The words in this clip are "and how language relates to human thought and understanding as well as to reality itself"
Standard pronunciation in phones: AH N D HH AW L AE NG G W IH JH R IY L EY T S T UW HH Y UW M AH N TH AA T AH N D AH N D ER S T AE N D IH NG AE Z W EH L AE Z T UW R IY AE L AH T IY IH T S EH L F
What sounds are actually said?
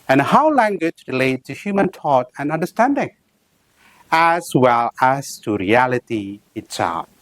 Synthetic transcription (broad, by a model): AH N HH AW L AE NG G W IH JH R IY L EY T T UW HH Y UW M AH N T AA T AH N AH N D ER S T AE N D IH NG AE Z W EH L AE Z T UW R IY AE L AH T IY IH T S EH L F